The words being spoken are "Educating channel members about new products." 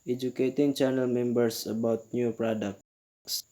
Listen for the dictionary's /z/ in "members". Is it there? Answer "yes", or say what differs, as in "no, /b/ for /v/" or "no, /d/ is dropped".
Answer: no, /s/ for /z/